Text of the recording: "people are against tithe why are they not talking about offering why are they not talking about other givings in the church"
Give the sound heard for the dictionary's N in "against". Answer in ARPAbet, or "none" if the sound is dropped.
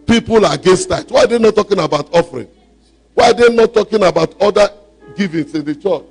none